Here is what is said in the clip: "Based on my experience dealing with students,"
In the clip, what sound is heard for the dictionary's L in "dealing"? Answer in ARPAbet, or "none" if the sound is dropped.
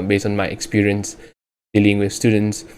L